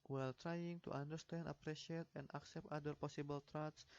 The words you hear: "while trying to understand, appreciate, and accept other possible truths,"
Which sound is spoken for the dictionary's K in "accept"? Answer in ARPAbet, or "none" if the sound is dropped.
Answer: K